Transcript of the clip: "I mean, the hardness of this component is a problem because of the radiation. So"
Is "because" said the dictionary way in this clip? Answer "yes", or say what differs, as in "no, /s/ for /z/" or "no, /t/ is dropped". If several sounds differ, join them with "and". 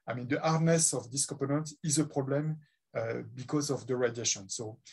yes